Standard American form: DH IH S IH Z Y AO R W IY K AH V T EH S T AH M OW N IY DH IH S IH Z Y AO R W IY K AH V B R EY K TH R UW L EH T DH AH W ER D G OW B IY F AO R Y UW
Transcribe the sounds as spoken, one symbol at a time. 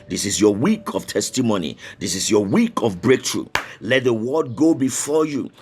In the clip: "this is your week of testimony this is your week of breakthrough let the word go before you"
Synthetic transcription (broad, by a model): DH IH S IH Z Y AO W IY K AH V T EH S T AH M OW N IY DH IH S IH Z Y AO W IY K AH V B R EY K T R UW L EH T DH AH W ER D G OW B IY F AO Y UW